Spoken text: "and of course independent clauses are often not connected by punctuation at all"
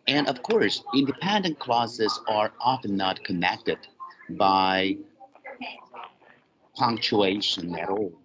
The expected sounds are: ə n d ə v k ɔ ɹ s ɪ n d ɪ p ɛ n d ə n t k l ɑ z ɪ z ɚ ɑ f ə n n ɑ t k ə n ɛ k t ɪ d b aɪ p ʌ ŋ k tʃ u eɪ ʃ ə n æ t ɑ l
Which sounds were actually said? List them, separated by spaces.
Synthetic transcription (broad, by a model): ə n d ə v k ɔ ɹ s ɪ n d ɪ p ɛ n d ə n k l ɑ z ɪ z ɚ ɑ f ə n n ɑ t k ə n ɛ k t ɪ d b aɪ p ʌ ŋ k tʃ u eɪ ʃ ə n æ t ɑ l